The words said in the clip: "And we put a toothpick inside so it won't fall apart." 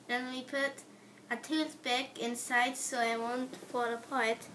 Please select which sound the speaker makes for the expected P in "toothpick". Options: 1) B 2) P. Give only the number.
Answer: 1